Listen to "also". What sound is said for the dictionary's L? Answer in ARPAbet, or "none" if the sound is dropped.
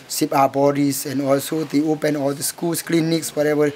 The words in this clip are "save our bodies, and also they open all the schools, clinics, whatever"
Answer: L